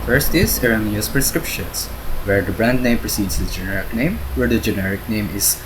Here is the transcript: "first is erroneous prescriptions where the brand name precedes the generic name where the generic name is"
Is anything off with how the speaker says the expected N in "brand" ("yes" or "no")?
no